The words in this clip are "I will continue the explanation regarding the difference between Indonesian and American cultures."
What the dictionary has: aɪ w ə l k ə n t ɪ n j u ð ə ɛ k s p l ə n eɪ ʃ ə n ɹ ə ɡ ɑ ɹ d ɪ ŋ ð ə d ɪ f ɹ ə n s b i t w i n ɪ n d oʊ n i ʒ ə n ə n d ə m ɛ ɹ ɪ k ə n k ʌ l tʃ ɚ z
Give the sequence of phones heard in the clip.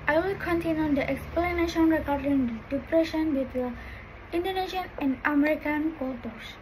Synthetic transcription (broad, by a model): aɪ w ə l k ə n t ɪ n j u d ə ɛ k s p l ə n eɪ ʃ ə n ɹ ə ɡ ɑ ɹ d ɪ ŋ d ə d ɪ p ɹ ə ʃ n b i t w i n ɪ n d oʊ n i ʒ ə n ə n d ə m ɛ ɹ ɪ k ə n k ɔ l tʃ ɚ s